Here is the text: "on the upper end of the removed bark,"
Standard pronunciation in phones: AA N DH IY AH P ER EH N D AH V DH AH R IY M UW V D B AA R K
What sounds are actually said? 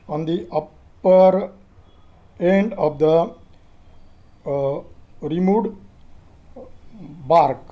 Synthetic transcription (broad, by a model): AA N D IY AH P ER EH N D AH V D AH R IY M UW D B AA R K